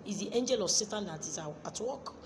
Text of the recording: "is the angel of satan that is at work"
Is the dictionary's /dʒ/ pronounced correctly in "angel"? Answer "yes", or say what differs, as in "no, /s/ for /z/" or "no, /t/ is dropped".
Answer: yes